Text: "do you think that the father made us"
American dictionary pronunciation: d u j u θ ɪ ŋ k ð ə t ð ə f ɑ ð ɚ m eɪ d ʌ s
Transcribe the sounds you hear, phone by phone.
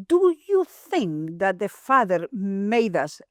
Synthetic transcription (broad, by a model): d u j u θ ɪ ŋ k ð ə t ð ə f ɑ ð ɚ m eɪ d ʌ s